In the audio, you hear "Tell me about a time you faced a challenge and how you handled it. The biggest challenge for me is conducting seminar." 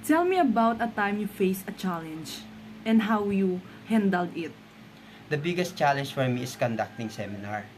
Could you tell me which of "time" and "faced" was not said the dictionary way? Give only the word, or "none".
faced